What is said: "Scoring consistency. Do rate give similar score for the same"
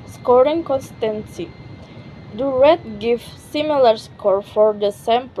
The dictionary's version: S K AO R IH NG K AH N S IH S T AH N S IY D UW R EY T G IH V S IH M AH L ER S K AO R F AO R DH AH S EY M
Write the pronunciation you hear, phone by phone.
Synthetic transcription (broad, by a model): S K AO R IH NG K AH N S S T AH N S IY D UW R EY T G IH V S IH M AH L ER S K AO R F AO R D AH S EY M